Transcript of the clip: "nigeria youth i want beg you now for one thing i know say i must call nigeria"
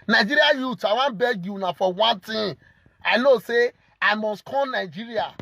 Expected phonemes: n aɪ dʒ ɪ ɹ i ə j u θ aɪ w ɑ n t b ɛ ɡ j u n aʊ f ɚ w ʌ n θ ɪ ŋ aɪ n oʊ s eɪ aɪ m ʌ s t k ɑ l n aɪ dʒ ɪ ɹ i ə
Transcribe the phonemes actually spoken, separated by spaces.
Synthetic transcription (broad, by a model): n aɪ dʒ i ɹ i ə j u t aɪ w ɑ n b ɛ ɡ j u n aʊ f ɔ w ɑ n t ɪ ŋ aɪ n oʊ s eɪ aɪ m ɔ s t k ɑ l n aɪ dʒ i ɹ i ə